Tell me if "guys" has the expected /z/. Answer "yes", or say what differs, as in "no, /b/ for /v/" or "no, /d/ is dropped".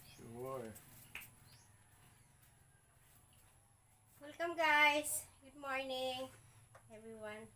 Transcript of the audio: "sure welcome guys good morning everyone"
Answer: no, /s/ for /z/